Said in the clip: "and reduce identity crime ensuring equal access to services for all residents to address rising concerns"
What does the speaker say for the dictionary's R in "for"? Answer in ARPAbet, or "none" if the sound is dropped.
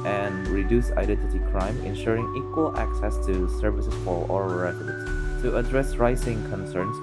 L